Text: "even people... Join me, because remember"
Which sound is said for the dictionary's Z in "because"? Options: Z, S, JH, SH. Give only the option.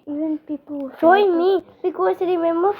S